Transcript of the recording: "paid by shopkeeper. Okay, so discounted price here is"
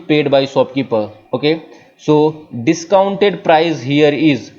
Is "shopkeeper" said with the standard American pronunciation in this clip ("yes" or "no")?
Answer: no